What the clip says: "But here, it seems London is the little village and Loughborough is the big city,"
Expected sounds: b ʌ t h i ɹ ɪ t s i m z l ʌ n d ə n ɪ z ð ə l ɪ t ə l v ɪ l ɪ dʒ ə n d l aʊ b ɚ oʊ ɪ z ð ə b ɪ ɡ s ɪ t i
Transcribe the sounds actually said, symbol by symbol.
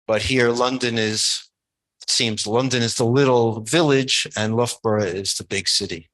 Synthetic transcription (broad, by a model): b ʌ t h i ɹ ɪ t s i m z l ʌ n d ə n ɪ z ð ə l ɪ t l v ɪ l ɪ dʒ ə n l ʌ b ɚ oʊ ɪ z ð ə b ɪ ɡ s ɪ t i